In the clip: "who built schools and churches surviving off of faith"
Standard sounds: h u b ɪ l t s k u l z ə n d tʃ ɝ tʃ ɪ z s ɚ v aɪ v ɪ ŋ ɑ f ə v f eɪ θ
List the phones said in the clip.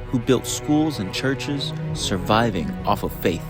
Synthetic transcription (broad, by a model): h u b ɪ l t s k u l z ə n tʃ ɝ tʃ ɪ z s ɚ v aɪ v ɪ ŋ ɑ f ə v f eɪ θ